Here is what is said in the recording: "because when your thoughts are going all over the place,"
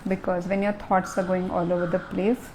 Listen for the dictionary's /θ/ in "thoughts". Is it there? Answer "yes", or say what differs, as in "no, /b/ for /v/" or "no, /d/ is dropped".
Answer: no, /t/ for /θ/